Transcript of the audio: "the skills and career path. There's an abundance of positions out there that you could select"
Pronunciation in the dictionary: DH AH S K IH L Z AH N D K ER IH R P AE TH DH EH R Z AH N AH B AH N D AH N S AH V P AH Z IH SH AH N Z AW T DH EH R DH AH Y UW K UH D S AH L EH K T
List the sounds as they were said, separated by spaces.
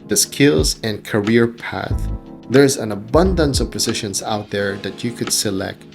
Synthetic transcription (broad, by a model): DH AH S K IH L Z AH N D K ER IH R P AE TH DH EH R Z AH N AH B AH N D AH N S AH V P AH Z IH SH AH N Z AW T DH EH R DH AH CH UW K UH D S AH L EH K T